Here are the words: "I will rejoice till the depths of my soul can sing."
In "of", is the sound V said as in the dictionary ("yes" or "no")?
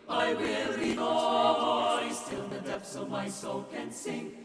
yes